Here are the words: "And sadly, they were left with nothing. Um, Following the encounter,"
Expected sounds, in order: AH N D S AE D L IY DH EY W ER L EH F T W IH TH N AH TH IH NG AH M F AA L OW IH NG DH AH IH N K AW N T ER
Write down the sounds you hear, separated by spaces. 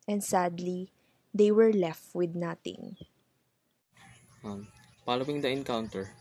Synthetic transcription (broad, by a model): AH N D S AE D L IY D EY W ER L EH F T W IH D N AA T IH NG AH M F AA L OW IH NG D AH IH N K AW N T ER